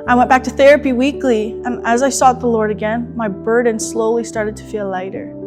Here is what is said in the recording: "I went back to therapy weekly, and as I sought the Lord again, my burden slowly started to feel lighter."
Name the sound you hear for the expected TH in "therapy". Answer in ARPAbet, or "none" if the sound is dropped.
TH